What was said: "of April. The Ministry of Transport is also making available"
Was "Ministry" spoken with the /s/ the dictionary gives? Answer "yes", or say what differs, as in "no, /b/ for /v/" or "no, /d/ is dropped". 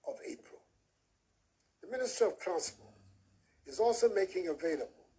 yes